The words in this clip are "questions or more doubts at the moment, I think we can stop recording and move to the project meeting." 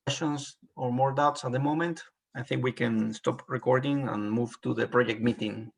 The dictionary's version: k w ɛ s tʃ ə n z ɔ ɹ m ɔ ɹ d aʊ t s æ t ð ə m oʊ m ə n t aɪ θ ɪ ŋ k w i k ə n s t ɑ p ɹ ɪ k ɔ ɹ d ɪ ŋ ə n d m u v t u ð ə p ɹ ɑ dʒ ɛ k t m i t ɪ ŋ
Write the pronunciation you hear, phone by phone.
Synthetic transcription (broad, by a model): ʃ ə n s ɔ ɹ m ɔ ɹ d aʊ t s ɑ t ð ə m oʊ m ə n t aɪ θ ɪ ŋ k w i k ə n s t ɑ p ɹ ɪ k ɔ ɹ d ɪ ŋ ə n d m u v t u ð ə p ɹ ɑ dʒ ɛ k t m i t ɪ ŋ